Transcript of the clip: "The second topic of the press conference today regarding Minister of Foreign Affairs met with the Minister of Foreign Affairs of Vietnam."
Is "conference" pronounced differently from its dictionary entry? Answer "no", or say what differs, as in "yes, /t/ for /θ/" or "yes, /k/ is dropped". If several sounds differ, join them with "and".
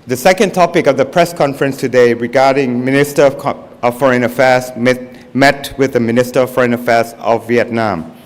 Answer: no